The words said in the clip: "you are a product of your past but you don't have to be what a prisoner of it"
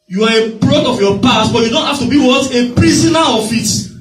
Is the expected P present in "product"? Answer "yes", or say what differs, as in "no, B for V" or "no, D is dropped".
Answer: no, B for P